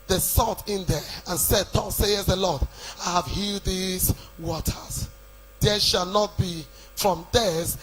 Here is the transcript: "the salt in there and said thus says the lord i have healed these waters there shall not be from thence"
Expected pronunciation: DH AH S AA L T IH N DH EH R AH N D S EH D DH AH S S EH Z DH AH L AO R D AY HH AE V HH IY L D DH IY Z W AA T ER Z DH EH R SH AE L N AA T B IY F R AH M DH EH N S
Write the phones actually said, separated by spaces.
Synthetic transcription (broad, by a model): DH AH S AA T IH N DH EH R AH N S EH D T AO S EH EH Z DH AH L AO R D AY HH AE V HH IY L D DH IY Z W AA T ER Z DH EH SH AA L N AA T B IY F R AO M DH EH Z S